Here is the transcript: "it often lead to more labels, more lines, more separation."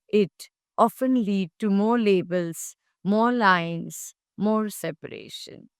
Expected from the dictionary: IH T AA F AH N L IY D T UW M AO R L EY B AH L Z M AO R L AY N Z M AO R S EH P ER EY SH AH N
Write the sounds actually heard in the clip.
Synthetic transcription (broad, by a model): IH T AA F AH N L IY D T UW M AO R L EY B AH L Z M AO R L AY N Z M AO R S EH P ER EY SH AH N